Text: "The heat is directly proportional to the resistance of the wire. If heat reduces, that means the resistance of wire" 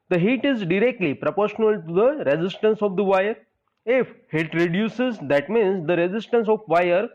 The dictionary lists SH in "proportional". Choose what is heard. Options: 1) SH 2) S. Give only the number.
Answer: 1